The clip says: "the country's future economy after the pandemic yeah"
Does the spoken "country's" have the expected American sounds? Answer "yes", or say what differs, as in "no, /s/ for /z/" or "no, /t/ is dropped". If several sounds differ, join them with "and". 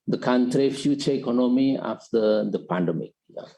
no, /z/ is dropped